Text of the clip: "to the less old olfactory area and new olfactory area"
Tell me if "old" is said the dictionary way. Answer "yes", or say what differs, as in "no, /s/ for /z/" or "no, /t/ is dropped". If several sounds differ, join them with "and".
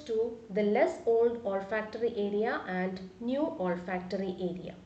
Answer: yes